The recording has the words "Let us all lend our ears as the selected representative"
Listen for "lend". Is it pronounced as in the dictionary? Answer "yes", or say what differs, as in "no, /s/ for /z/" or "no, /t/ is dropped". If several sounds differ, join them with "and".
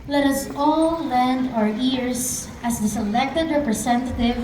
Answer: yes